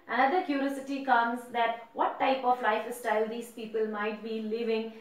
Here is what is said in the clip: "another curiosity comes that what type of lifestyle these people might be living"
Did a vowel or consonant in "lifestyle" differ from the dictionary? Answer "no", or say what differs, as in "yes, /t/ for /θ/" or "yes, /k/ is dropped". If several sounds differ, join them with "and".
no